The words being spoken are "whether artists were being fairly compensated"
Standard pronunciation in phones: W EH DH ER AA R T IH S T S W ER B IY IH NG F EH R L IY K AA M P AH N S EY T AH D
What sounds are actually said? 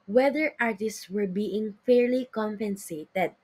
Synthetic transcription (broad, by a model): W EH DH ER AA R T IH S T S W ER B IY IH NG F EH R L IY K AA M P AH N S EY T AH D